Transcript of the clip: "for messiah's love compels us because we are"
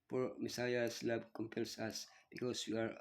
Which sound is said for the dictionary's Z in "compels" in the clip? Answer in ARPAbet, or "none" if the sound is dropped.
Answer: S